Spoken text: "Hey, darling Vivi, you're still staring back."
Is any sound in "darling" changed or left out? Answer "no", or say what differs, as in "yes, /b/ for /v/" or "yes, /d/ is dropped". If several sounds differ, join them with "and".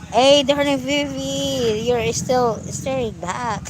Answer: yes, /n/ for /l/